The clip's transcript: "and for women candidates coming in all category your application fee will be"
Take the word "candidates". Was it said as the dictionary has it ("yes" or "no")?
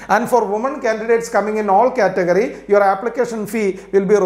yes